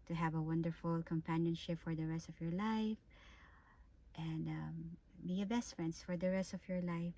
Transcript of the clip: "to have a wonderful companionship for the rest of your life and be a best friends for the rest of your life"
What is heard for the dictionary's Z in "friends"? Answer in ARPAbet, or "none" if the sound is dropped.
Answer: S